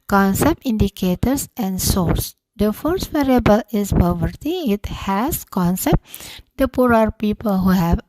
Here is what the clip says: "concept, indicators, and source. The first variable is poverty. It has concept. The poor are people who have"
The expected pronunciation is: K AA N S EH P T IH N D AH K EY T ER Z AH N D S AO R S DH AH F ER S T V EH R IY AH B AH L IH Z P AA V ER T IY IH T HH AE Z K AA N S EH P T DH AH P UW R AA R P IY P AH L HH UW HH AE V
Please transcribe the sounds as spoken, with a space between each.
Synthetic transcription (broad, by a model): K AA N S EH P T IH N D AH K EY T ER S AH N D S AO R S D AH F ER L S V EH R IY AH B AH L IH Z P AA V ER T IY IH T HH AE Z K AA N S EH P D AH P UW R AA R P IY P AH L HH UW HH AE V